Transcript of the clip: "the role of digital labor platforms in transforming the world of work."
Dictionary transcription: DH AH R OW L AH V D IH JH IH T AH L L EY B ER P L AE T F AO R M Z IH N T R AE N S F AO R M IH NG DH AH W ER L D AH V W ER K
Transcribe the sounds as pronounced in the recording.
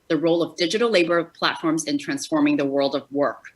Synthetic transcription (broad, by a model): DH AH R OW L AH V D IH JH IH T L L EY B ER P L AE T F AO R M Z IH N T R AE N S F AO R M IH NG DH AH W ER L D AH V W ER K